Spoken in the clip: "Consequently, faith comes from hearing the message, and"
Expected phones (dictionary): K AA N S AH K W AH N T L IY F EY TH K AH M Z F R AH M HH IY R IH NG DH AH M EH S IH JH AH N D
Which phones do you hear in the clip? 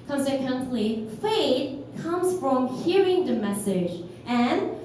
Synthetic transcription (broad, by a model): K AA N S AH K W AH N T L IY F EY T K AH M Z F R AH M HH IY R IH NG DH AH M EH S IH JH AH N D